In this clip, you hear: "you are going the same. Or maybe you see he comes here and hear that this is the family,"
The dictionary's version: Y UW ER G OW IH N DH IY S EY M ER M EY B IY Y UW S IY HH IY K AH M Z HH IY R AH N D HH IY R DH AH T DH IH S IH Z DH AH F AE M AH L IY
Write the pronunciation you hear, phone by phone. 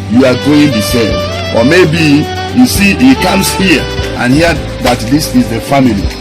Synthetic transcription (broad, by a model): Y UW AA G OW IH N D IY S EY AO M EY B IY Y UW S IY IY K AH M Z HH IY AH N HH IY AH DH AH T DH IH S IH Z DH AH F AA M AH L IY